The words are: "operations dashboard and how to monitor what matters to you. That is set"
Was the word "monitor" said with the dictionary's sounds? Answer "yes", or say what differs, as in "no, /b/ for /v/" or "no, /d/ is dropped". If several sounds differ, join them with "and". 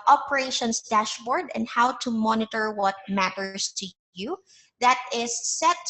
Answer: yes